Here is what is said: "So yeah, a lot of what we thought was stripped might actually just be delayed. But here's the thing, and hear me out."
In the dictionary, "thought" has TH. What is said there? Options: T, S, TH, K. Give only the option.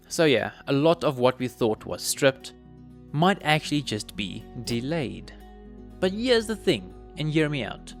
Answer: TH